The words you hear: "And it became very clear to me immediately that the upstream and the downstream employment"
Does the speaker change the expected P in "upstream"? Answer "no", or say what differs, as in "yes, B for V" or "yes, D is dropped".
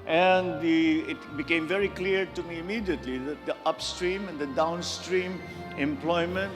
no